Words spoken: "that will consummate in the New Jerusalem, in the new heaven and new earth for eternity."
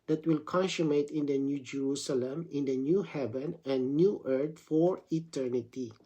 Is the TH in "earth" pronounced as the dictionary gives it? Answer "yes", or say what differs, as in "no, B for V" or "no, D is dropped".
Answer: no, T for TH